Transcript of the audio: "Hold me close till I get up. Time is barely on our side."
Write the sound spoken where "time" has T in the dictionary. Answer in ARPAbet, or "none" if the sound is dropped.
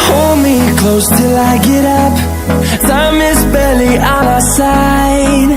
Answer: S